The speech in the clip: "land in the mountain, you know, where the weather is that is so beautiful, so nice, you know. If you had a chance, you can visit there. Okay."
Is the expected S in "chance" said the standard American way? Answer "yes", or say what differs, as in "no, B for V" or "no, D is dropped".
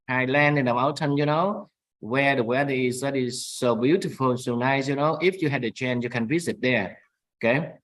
no, S is dropped